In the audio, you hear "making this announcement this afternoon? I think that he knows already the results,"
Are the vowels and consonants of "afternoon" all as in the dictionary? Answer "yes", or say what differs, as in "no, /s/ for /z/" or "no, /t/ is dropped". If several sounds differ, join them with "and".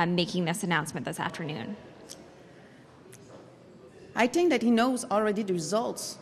yes